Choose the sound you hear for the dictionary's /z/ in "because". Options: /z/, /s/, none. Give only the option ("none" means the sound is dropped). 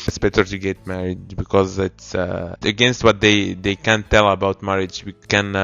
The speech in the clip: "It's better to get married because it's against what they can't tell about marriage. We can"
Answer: /z/